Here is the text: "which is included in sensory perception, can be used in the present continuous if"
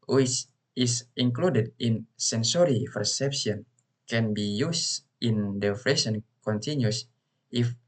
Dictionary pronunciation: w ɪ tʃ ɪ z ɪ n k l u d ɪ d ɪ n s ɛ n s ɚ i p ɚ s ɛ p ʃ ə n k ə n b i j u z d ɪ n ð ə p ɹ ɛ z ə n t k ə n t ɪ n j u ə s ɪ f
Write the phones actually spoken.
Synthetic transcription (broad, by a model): w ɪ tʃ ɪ s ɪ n k l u d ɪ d ɪ n s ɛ n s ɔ i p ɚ s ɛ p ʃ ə n k ə n b i j u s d ɪ n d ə f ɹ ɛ s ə n k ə n t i n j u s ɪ f